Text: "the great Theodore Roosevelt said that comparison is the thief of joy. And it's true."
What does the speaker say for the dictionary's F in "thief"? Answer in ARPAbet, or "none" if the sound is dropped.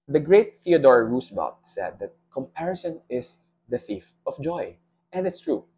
F